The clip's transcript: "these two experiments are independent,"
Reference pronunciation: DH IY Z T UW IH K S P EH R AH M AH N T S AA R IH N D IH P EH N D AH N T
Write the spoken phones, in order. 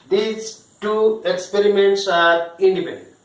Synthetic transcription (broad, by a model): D IY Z T UW IH K S P EH R AH M AH N T S AA R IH N D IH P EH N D